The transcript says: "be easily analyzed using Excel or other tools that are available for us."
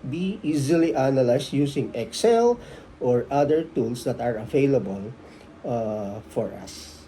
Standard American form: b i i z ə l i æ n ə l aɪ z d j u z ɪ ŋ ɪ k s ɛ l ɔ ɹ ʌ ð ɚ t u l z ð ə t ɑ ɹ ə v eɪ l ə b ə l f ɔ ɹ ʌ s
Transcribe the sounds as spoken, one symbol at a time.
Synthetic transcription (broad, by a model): b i i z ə l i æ n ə l aɪ s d j u s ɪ ŋ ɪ k s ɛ l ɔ ɹ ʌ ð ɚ t u l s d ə t ɑ ɹ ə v eɪ l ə b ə l f ɔ ɹ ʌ s